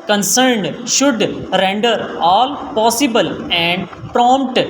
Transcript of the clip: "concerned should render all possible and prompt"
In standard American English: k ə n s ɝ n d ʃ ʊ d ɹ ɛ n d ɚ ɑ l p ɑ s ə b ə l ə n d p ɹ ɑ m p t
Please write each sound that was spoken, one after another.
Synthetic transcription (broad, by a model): k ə n s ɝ n d ʃ ʊ d ɹ ɛ n d ɚ ɑ l p ɑ s ə b ə l ə n d p ɹ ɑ m p t